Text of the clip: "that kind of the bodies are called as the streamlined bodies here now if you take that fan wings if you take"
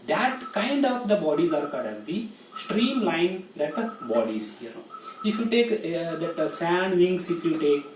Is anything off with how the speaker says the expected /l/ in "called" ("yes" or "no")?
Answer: yes